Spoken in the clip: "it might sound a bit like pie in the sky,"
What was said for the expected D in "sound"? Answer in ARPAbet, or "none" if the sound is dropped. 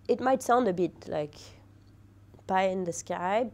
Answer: D